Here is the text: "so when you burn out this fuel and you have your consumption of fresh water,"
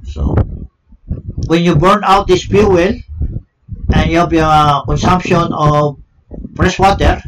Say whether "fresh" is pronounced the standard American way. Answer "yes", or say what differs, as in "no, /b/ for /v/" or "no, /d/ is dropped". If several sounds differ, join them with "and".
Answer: no, /p/ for /f/ and /s/ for /ʃ/